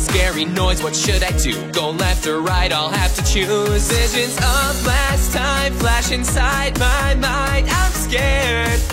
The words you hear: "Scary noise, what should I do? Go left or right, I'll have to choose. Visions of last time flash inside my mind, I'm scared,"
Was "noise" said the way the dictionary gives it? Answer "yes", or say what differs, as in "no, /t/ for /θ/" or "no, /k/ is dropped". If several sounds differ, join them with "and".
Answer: yes